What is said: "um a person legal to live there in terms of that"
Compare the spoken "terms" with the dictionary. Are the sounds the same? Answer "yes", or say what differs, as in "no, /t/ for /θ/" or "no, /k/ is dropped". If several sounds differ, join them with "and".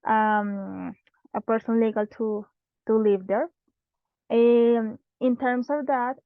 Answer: no, /s/ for /z/